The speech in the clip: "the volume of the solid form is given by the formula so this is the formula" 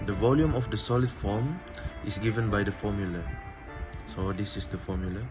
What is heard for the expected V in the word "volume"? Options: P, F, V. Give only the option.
V